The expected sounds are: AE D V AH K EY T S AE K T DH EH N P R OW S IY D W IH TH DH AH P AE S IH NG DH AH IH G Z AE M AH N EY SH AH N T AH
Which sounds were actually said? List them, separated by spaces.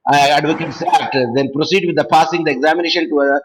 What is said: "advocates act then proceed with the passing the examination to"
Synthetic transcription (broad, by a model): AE D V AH K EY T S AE T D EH N P R OW S IY D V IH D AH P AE S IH NG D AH IH G Z AE M AH N EY SH AH N T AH